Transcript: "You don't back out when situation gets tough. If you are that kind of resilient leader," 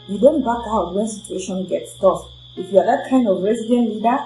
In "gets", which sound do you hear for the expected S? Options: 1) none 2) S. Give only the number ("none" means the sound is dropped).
2